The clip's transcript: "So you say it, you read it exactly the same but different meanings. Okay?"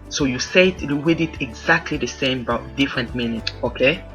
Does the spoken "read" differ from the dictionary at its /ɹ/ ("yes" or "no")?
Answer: yes